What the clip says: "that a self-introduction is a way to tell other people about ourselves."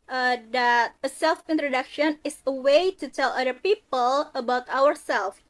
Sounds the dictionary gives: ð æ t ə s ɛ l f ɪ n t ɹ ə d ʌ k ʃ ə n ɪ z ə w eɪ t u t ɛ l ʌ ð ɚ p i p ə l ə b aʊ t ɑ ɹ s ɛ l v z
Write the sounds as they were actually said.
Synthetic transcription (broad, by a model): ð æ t ə s ɛ l f ɪ n t ɹ ə d ʌ k ʃ ə n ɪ s ə w eɪ t u t ɛ l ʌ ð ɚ p i p ə l ə b aʊ t ɑ ɹ s ɛ l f